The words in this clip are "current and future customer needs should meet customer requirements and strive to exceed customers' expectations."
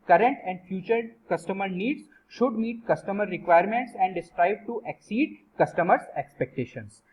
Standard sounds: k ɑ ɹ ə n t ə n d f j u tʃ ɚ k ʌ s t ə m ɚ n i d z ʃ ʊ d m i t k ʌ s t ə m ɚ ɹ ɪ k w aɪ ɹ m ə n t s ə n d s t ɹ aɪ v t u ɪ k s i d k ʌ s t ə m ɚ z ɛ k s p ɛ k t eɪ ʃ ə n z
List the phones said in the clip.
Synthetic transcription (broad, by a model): k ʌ ɹ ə n t ə n d f j u tʃ ɚ k ʌ s t ə m ɚ n i d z ʃ ʊ d m i t k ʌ s t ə m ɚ ɹ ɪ k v aɪ ɹ m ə n t s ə n d s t ɹ aɪ b t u ɪ k s i d k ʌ s t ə m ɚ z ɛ k s p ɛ k t eɪ ʃ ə n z